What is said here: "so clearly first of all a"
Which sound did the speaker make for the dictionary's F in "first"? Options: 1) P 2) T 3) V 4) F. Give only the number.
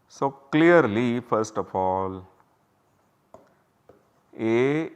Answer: 4